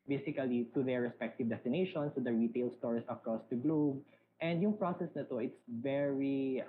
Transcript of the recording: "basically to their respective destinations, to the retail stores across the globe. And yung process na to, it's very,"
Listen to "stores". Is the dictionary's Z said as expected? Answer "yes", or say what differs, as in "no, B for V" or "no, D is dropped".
no, S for Z